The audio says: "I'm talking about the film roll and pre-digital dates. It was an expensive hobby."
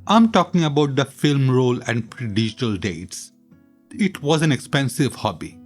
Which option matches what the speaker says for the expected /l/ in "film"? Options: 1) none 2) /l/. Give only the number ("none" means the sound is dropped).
2